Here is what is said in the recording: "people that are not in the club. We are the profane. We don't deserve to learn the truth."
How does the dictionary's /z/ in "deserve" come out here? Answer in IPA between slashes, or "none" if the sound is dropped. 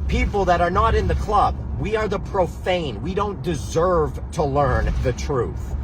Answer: /z/